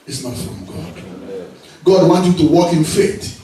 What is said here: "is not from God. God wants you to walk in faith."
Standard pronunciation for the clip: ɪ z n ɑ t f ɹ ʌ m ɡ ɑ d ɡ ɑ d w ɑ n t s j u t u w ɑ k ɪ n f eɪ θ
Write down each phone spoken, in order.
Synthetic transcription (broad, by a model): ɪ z n ɑ t f ɹ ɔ m ɡ ɑ d ɡ ɑ d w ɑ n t j u t u w ɑ k ɪ n f eɪ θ